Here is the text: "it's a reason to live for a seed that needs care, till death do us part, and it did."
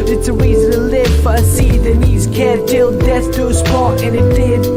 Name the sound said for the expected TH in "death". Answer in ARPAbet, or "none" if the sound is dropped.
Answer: S